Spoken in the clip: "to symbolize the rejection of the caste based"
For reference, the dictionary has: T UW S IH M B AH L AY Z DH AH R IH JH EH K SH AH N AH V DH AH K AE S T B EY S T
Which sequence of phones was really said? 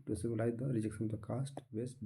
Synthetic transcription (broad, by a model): T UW S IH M AH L AY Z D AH R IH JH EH K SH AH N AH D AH K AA S T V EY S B